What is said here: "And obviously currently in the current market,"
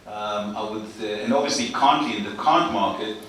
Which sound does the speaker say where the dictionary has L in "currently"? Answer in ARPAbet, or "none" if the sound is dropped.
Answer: none